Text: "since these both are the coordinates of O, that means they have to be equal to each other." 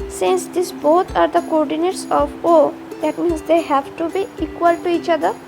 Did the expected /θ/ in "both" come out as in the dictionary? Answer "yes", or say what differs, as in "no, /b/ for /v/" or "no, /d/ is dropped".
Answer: no, /t/ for /θ/